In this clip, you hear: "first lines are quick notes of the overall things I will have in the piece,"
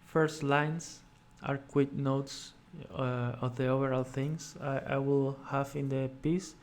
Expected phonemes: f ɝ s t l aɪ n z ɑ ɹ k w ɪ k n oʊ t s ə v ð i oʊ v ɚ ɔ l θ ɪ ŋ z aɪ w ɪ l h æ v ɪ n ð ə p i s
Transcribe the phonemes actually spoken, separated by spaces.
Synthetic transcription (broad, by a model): f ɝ s t l aɪ n s ɑ ɹ k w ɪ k n oʊ t s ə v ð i oʊ v ɚ ɔ l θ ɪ ŋ s aɪ w ɪ l h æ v ɪ n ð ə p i s